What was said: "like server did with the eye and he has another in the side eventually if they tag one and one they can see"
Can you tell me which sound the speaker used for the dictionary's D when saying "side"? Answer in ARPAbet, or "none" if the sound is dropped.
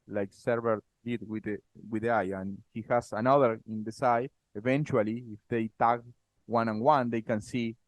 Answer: none